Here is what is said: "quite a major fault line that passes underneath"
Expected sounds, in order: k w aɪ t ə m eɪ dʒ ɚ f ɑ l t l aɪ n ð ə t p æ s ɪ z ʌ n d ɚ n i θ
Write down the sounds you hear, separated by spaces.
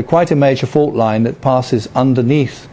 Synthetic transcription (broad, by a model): k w aɪ t ə m eɪ dʒ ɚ f ɑ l t l aɪ n ð ə t p æ s ɪ z ʌ n d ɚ n i θ